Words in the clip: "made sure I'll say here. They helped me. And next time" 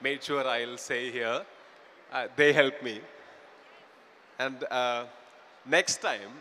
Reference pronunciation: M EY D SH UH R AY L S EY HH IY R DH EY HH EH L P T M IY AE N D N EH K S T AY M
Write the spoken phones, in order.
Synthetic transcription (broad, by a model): M EY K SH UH R AY L S EY HH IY R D EY HH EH L P M IY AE N D N EH K S T AY M